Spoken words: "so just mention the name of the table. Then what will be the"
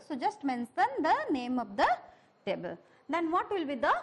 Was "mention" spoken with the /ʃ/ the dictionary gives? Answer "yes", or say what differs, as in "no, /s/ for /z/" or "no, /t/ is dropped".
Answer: no, /s/ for /ʃ/